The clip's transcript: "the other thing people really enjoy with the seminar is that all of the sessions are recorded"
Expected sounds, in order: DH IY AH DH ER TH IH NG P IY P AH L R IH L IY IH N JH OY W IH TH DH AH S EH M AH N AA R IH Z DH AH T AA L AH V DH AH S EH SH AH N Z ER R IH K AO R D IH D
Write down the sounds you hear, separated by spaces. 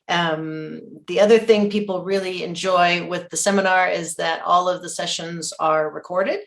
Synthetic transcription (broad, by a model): DH IY AH DH ER TH IH NG P IY P L R IH L IY IH N JH OY W IH DH AH S EH M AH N AA R IH Z DH AH T AA L AH V DH AH S EH SH AH N Z ER R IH K AO R D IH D